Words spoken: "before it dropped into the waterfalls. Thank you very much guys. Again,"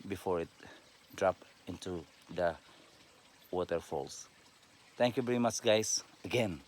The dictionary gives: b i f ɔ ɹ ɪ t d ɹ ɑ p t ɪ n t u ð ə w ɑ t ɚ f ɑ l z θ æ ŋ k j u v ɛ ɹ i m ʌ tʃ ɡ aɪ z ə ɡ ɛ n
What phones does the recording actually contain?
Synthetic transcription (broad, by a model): b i f ɔ ɹ ɪ t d ɹ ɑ p ɪ n t u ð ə w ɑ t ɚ f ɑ l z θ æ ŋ k j u v ɛ ɹ i m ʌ tʃ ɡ aɪ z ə ɡ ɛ n